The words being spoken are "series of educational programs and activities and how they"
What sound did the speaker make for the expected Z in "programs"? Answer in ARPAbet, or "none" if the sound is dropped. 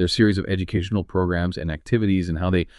Z